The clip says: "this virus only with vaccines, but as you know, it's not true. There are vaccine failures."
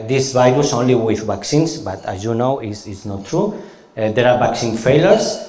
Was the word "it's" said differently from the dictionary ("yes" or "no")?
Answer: yes